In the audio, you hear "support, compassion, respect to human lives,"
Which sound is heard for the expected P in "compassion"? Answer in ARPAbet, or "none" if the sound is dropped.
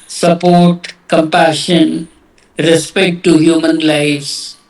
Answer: P